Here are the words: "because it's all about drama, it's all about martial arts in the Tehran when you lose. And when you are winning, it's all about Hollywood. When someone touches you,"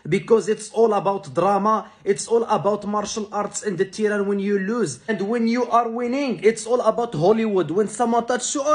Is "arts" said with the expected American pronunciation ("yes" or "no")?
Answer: yes